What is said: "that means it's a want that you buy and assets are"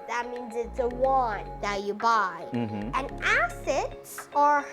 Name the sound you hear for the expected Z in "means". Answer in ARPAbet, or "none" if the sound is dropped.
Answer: Z